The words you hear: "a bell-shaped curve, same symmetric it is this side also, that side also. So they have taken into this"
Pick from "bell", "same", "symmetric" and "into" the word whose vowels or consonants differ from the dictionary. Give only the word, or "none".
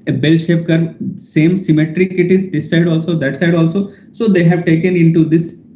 none